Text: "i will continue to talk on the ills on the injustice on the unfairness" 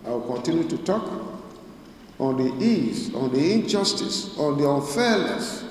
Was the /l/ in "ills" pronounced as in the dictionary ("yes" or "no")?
no